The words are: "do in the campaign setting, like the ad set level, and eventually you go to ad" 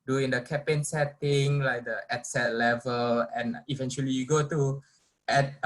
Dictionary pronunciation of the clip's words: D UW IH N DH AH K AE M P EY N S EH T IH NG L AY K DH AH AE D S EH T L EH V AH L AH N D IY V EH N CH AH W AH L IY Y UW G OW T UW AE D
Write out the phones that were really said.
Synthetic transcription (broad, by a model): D UW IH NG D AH K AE P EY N S EH T IH NG L AY K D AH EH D S EH T L EH V AH L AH N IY V EH N CH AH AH L IY Y UW G OW T UW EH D